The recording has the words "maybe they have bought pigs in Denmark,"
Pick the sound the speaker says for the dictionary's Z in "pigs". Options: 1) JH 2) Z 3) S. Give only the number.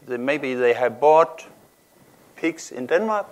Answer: 3